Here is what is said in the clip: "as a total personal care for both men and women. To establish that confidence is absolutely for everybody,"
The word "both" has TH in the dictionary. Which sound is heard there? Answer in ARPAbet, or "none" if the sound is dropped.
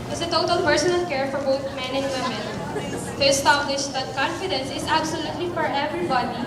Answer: T